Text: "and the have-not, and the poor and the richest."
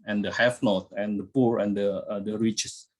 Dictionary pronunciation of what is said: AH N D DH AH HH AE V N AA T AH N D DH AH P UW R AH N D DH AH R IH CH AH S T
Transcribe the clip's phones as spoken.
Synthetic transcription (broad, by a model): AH N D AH HH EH F N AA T AH N D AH P UW R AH N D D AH R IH CH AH S